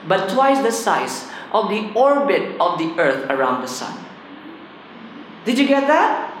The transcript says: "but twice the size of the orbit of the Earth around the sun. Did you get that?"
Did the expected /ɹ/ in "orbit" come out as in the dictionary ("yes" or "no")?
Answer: yes